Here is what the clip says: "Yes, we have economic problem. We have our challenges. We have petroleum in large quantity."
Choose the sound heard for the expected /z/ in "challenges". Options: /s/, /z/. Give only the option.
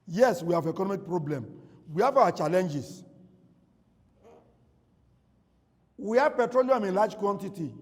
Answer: /s/